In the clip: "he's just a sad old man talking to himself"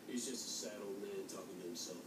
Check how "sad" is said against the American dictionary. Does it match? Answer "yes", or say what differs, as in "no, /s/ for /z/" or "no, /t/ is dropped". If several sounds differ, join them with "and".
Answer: yes